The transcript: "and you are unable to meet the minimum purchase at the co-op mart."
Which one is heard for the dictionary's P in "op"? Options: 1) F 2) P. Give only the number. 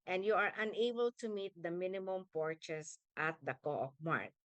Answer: 1